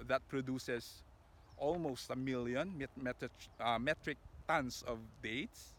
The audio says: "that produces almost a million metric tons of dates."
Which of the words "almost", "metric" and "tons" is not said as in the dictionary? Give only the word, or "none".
tons